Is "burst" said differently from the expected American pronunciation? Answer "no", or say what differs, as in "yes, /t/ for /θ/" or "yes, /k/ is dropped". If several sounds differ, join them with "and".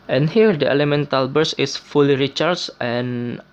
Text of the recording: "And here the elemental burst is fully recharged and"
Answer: yes, /t/ is dropped